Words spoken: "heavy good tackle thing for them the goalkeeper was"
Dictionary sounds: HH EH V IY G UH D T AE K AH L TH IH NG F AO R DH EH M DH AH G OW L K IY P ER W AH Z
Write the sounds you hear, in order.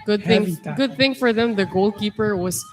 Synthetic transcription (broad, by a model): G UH D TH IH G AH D TH IH NG F AO R DH EH M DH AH G OW L K IY P ER W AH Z